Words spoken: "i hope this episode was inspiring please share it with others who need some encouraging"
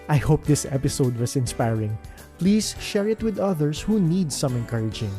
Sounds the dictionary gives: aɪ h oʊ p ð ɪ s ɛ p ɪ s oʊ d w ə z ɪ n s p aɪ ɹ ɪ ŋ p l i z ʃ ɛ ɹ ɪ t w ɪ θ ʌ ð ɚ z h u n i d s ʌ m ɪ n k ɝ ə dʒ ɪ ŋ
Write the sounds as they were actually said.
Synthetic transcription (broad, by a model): aɪ h oʊ p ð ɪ s ɛ p ɪ s oʊ d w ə s ɪ n s p aɪ ɹ ɪ ŋ p l i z ʃ ɛ ɹ ɪ t w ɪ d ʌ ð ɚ s h u n i d s ʌ m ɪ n k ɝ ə dʒ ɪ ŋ